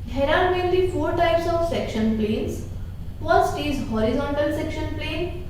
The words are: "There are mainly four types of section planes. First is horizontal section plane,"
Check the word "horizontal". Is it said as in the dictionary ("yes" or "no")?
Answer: yes